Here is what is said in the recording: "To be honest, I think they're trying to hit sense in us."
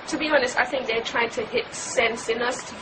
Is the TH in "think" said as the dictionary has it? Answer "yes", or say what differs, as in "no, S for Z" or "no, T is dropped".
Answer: yes